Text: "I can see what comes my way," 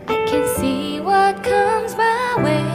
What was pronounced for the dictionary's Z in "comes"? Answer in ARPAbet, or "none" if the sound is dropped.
Z